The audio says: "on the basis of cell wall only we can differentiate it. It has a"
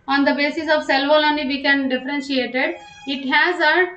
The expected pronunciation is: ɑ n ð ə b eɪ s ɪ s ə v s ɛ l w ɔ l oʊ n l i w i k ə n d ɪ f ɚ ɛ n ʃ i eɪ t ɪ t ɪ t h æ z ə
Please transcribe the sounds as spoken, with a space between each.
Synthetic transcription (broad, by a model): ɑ n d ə b eɪ s ɪ s ə v s ɛ l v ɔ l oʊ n i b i k ə n d ɪ f ɚ ɛ n ʃ i eɪ t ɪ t ɪ t h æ z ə